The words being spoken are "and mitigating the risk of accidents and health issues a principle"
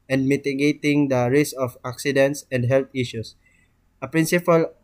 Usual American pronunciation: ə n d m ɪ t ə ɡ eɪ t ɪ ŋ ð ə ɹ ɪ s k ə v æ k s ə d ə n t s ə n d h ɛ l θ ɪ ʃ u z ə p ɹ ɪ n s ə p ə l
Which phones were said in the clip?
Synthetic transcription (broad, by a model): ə n d m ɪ t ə ɡ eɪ t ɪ ŋ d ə ɹ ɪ s ə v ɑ k s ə d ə n t s ə n d h ɛ l t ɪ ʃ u s ə p ɹ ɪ n s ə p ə l